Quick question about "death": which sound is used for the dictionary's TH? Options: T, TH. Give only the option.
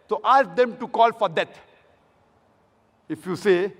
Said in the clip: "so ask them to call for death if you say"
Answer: T